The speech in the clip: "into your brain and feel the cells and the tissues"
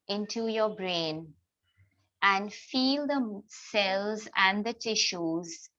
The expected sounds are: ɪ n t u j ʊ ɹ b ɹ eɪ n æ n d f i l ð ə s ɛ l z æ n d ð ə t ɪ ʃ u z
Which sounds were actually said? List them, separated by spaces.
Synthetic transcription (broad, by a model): ɪ n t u j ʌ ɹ b ɹ eɪ n æ n d f i l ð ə s ɛ l z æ n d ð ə t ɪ ʃ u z